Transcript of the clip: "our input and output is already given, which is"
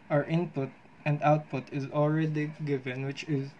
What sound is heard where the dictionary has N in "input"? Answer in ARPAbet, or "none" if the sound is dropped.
N